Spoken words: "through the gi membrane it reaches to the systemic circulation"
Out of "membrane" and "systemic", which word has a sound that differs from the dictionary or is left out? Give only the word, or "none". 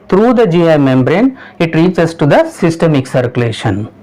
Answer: none